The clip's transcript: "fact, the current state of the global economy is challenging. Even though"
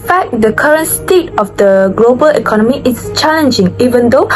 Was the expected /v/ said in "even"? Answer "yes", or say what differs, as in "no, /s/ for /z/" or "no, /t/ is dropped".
yes